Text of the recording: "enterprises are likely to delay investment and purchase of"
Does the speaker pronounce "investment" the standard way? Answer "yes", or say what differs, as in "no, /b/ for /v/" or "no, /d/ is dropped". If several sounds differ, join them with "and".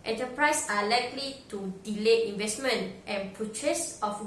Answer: yes